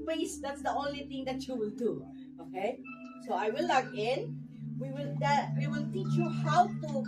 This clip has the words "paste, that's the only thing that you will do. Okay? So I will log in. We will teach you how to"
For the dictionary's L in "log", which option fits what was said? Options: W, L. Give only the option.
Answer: W